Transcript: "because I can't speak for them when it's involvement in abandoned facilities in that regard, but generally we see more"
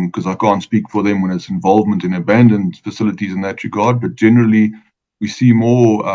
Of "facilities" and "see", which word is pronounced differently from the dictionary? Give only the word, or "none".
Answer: none